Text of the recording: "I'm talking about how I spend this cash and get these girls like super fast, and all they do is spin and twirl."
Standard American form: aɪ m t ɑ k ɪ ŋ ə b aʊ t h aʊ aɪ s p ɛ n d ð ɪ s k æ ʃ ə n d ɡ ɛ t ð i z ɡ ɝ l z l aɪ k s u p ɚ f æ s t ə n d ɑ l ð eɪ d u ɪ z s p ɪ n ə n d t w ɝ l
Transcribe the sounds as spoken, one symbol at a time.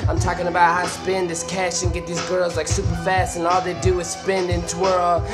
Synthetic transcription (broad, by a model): aɪ m t ɑ k ɪ ŋ ə b aʊ t h aʊ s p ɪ n ð ɪ s k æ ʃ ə n ɡ ɛ t ð i z ɡ ɝ l z l aɪ k s u p ɚ f æ s t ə n ɑ l ð eɪ d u ɪ z s p ɪ n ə n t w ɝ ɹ